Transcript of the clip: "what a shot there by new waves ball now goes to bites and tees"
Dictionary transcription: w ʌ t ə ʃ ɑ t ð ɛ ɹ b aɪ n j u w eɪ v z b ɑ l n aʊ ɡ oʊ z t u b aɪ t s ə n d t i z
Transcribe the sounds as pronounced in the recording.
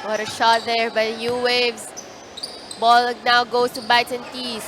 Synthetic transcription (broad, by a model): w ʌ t ə ʃ ɑ t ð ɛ ɹ b aɪ n j u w eɪ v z b ɑ l n aʊ ɡ oʊ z t u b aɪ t ə n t i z